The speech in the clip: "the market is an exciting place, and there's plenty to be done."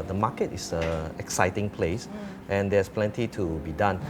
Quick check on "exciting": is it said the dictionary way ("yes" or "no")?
yes